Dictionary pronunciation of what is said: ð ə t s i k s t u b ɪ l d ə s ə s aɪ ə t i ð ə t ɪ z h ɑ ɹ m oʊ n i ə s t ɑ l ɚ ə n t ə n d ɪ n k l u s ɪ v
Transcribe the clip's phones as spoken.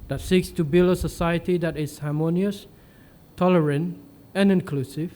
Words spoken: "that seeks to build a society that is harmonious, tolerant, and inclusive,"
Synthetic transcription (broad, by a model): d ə t s i k s t u b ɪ l ə s ə s aɪ ə t i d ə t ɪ s h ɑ m oʊ n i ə s t ɑ l ɚ ə n t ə n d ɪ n k l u s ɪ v